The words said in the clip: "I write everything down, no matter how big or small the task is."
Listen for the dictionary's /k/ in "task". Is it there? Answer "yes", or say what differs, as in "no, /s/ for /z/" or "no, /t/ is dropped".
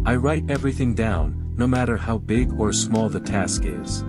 yes